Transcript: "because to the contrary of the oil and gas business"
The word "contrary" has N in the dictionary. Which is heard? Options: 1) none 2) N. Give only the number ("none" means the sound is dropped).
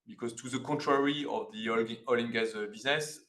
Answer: 1